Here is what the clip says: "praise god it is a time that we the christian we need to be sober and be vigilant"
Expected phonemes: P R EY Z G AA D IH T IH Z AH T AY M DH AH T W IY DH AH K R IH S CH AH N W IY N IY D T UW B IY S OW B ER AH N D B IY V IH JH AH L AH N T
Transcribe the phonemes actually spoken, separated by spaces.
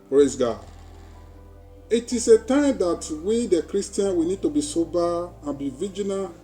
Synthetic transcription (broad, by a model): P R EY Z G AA IH T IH S AH T AY M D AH T W IY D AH K R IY S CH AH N W IY N IY D T UW B IY S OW B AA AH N B IY V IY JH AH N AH